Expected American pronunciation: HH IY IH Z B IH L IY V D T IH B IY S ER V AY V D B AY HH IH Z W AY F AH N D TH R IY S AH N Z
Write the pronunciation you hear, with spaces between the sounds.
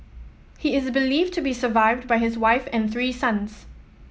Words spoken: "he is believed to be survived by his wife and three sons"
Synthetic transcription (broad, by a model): HH IY IH Z B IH L IY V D T IH B IY S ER V AY V D B AY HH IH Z W AY F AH N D TH R IY S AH N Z